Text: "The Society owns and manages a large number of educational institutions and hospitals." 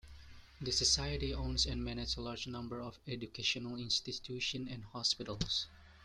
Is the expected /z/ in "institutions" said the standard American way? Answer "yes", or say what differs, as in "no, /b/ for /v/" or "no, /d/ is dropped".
no, /z/ is dropped